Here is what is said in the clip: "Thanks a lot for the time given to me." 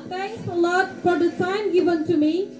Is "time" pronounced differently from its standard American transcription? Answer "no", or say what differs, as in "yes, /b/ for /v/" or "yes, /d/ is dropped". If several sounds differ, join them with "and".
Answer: yes, /s/ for /t/